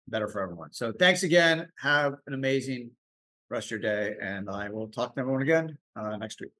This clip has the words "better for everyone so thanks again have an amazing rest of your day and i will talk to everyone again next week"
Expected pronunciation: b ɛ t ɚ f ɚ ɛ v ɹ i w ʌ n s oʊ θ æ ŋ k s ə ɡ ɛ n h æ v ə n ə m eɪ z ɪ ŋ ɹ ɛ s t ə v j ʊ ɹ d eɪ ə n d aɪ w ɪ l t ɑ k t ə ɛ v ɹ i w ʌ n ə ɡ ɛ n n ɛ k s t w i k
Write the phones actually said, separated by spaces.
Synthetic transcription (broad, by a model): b ɛ t ɚ f ɚ ɛ v ɹ i w ʌ n s oʊ θ æ ŋ k s ə ɡ ɛ n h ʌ v ə n ə m eɪ z ɪ ŋ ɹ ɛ s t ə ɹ d eɪ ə n aɪ w ɪ l t ɑ k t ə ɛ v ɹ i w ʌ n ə ɡ ɛ n n ɛ k s t w i k